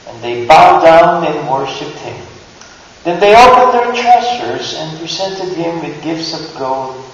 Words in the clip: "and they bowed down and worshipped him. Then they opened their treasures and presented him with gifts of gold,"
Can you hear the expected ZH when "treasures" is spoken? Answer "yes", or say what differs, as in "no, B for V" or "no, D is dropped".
no, S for ZH